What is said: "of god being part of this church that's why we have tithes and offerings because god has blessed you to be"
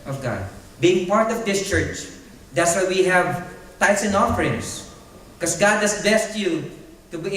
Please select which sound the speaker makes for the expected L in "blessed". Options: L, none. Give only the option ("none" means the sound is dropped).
none